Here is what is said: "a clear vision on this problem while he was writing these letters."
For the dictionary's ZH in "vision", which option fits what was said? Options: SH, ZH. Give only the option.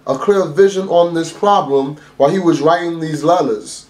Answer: ZH